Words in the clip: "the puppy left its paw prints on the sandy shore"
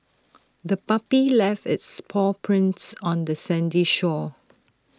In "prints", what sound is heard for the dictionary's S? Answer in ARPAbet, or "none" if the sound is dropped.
S